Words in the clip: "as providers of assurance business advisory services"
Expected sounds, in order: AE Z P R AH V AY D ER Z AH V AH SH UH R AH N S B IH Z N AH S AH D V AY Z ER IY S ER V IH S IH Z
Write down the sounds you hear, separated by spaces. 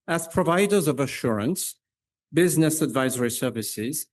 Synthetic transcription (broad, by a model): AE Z P R AH V AY D ER Z AH V AH SH UH R AH N S B IH Z N AH S AH D V AY Z ER IY S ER V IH S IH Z